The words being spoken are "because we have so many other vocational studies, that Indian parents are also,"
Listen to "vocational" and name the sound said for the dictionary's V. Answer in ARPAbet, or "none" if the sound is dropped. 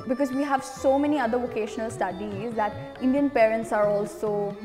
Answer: V